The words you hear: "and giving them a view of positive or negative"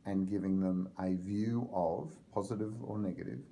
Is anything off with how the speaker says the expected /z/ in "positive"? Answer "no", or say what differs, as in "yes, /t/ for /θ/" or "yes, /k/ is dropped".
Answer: no